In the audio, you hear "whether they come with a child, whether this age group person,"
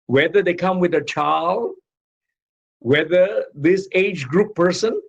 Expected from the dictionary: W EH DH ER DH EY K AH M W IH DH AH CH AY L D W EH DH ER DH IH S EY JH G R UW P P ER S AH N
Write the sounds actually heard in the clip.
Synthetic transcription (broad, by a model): W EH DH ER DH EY K AH M W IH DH AH CH AY L D W EH DH ER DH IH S EY JH G R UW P P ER S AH N